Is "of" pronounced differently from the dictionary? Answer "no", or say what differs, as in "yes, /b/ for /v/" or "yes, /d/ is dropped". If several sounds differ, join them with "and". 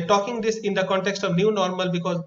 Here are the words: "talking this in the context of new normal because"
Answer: no